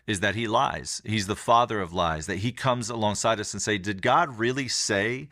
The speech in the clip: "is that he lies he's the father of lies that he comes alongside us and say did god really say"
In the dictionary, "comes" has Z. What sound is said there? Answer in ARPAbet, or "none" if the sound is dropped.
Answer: Z